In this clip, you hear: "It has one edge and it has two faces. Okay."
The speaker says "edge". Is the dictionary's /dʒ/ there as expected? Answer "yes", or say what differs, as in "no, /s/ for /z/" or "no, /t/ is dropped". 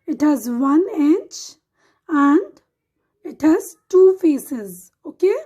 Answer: no, /tʃ/ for /dʒ/